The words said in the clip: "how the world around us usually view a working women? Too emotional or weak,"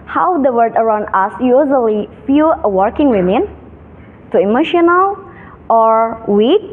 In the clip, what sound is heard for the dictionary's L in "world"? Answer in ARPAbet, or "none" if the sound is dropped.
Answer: none